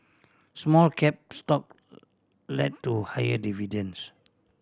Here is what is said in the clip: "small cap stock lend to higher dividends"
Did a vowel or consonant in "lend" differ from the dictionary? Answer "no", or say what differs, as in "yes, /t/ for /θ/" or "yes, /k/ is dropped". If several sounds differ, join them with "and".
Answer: yes, /n/ is dropped